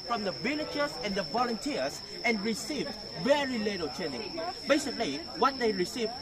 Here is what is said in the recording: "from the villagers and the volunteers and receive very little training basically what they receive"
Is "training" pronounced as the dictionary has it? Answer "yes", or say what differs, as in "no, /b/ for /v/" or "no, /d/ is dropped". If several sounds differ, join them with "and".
no, /ɹ/ is dropped